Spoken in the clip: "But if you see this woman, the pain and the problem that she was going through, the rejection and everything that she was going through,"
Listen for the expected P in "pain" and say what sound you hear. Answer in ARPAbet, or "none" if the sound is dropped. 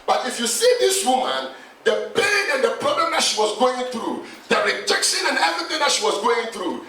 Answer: B